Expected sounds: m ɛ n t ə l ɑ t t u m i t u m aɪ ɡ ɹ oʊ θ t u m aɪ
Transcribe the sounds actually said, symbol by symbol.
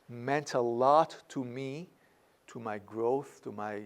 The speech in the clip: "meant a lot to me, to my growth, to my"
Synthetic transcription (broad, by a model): m ɛ n t ə l ɑ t t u m i t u m aɪ ɡ ɹ oʊ θ t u m aɪ